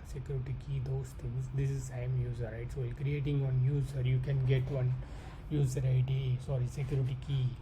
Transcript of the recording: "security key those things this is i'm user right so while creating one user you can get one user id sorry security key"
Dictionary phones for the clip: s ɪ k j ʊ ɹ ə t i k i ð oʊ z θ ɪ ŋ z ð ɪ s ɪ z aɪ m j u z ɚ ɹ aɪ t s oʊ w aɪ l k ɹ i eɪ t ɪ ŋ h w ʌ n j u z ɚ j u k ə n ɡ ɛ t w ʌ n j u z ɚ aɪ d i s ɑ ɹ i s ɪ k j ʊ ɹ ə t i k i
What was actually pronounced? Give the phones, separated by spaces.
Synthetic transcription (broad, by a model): s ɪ k j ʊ ɹ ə t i k i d oʊ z t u z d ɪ s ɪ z aɪ m j u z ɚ ɹ aɪ t s oʊ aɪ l k ɹ i eɪ t ɪ ŋ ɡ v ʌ n j u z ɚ j u k ə n ɡ ɛ t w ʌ n j u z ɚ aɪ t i s ɑ ɹ i s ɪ k j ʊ ɹ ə t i k i